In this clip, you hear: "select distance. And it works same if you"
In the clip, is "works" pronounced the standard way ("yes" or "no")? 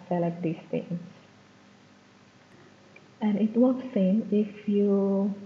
no